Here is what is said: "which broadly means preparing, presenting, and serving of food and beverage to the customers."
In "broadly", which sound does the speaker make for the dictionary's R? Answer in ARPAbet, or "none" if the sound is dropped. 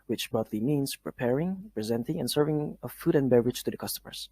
none